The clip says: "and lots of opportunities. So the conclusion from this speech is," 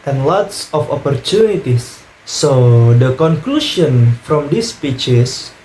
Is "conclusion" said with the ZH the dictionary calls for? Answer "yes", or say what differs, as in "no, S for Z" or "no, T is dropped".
no, SH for ZH